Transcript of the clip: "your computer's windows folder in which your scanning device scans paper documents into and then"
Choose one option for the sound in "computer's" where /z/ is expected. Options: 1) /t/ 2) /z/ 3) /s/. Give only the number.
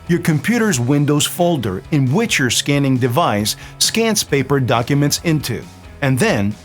2